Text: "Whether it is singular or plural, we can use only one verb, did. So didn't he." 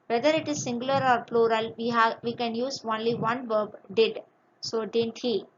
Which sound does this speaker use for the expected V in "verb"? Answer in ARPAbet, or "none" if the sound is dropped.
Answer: V